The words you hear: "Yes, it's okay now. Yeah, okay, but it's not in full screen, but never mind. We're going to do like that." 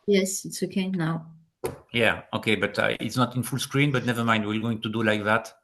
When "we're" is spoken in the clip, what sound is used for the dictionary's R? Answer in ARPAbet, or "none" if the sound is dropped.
L